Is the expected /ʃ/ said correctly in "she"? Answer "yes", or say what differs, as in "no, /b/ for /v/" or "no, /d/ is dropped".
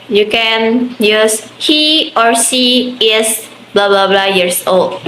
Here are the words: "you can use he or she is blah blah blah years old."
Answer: no, /s/ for /ʃ/